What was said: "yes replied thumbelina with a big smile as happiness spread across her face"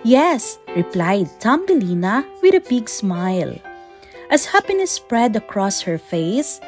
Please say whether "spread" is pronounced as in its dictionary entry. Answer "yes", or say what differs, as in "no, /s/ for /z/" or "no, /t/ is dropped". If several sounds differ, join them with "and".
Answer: yes